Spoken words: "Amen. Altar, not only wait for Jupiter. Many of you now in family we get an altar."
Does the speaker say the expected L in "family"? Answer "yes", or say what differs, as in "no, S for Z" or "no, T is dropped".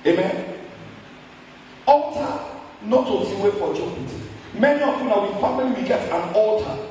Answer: no, N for L